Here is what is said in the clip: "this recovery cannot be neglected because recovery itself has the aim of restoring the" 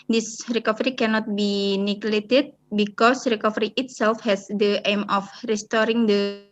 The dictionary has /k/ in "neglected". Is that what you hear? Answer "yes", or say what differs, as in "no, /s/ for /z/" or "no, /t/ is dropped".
no, /k/ is dropped